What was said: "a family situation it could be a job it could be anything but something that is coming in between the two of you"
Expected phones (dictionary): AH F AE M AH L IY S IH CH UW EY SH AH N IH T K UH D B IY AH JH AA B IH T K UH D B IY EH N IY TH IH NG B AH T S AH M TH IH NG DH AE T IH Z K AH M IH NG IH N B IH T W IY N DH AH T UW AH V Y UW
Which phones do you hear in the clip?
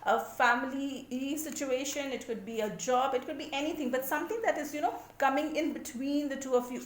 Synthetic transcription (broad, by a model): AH F AE M AH L IY S IH CH UW EY SH AH N IH T K UH D B IY AH JH AA B IH T K UH D B IY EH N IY T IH NG B AH T S AH M T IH NG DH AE T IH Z K AH M IH NG IH N B IH T W IY N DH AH T UW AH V Y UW